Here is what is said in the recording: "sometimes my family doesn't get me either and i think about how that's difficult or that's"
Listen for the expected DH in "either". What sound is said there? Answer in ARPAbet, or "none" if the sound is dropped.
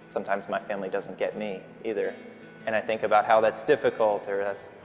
DH